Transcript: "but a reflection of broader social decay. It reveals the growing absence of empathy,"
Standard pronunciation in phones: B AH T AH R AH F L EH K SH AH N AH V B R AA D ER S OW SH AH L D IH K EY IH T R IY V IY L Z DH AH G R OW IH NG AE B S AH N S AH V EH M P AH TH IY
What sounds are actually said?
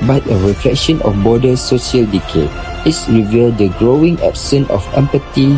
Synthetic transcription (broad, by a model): B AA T AH R AH F L EH K SH AH N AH F B AA D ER S OW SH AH L D IH K EY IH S R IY V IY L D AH G R OW IH NG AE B S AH N AH F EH M P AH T IY